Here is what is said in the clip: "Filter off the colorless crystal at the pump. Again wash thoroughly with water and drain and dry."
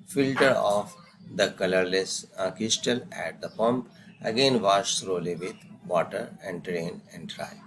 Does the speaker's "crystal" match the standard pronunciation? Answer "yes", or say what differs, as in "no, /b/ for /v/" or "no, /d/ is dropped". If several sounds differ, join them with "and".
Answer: no, /ɹ/ is dropped